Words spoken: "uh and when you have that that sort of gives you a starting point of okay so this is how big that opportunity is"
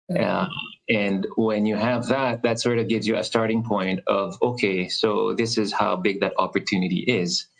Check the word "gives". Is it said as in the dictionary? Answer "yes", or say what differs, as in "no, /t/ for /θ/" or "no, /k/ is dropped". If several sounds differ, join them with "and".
yes